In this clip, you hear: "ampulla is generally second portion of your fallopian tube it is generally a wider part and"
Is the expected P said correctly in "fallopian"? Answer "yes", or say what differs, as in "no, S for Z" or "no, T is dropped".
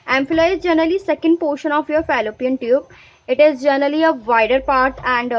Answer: yes